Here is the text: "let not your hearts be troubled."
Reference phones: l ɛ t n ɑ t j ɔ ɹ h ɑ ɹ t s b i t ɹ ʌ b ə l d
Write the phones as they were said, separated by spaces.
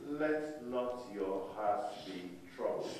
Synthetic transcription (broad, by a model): l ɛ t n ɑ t j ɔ h ɑ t b i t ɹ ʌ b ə